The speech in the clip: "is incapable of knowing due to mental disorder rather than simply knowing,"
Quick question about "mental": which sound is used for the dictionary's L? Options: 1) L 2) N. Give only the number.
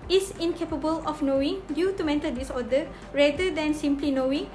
2